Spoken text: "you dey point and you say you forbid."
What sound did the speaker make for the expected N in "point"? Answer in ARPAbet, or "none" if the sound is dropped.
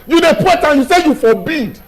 none